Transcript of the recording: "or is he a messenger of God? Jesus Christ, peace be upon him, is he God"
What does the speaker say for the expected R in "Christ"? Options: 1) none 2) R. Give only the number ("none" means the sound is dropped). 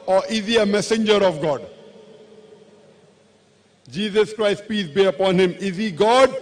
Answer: 2